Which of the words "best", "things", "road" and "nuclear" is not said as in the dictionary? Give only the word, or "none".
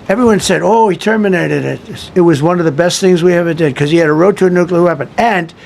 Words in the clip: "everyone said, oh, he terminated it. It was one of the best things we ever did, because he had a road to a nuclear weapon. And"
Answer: none